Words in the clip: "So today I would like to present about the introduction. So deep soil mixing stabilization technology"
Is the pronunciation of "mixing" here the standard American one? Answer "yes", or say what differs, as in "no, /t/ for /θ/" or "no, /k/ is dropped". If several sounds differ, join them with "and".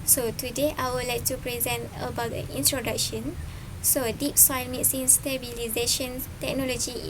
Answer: no, /k/ is dropped